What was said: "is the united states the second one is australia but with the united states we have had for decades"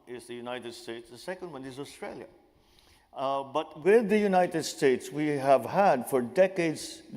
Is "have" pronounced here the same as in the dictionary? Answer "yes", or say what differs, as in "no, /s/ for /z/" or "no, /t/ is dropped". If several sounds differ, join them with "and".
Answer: yes